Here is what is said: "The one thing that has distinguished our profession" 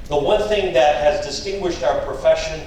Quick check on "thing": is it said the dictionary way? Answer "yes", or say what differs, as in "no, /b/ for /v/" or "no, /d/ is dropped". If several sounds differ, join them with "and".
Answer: yes